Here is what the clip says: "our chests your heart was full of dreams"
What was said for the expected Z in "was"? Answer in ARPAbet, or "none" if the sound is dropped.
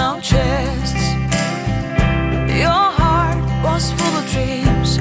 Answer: S